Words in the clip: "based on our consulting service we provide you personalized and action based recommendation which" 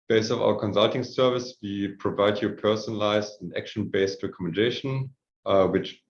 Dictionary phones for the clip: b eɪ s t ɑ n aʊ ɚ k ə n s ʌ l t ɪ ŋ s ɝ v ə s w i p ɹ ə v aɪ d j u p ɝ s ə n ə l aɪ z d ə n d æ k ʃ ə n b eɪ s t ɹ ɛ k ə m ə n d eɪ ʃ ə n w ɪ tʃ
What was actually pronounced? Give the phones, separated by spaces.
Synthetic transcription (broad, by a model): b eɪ s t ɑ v aʊ ɚ k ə n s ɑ l t ɪ ŋ s ɝ v ə s w i p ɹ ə v aɪ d j u p ɝ s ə n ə l aɪ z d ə n æ k ʃ ə n b eɪ s t ɹ ɛ k ə m ə n d eɪ ʃ ə n w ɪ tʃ